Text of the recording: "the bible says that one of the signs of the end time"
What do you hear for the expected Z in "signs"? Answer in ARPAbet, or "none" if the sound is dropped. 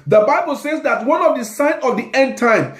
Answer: none